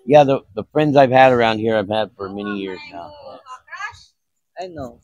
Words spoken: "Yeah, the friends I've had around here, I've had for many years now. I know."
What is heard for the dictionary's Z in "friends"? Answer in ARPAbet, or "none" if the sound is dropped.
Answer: Z